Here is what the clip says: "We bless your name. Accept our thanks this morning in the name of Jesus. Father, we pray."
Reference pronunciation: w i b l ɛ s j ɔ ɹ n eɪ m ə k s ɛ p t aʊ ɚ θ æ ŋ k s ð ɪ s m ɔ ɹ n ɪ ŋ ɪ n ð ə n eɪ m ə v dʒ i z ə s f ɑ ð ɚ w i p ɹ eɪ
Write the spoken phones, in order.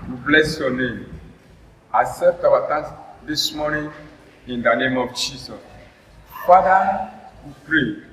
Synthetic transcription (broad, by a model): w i b l ɛ s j ɔ n eɪ m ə s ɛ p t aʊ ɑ t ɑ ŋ s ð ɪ s m ɔ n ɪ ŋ ɪ n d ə n eɪ m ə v dʒ i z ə s f ɑ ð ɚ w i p ɹ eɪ